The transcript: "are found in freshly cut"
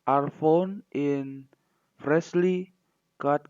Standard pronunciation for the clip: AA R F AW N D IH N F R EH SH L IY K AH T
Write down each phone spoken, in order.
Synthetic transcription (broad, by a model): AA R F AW N IH N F R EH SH L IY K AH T